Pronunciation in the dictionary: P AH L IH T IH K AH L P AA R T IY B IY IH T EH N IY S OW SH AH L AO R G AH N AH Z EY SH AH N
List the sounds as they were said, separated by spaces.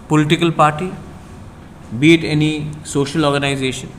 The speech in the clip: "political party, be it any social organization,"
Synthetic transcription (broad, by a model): P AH L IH T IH K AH L P AA R T IY B IY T EH N IY S OW SH AH L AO R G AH N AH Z EY SH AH N